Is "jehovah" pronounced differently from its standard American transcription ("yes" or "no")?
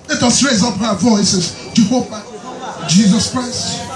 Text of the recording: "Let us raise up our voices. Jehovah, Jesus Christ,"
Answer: yes